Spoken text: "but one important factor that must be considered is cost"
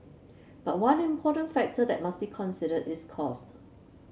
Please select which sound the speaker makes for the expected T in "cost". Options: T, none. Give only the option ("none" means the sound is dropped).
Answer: T